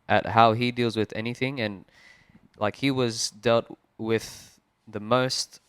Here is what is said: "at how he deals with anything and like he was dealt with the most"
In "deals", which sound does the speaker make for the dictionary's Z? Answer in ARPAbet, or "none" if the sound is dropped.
Z